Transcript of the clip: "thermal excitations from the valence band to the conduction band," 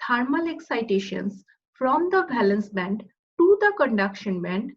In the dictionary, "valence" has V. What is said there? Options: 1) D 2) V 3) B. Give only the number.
3